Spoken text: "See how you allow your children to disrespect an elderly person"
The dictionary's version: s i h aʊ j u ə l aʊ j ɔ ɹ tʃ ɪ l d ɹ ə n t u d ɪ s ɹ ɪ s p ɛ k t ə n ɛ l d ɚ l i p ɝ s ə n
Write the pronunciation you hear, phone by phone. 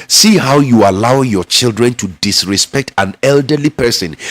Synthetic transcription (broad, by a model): s i h aʊ j u ə l aʊ j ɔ tʃ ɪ l d ɹ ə n t u d ɪ s ɹ ɪ s p ɛ k t ə n ɛ l d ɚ l i p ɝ s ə n